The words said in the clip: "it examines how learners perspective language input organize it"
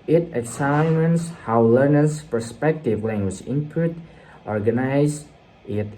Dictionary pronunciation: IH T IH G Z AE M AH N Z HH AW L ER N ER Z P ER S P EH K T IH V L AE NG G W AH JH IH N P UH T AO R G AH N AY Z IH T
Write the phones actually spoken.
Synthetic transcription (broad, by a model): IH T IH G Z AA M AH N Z HH AW L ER N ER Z P ER S P EH K T IH V L AE NG G W AH JH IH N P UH T AO R G AH N AY Z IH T